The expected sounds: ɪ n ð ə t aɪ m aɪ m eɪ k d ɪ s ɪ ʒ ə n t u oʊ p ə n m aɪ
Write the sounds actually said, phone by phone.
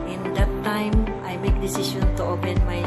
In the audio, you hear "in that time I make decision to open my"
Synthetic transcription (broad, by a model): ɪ n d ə t aɪ m aɪ m eɪ k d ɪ s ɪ ʃ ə n t u oʊ p ə n m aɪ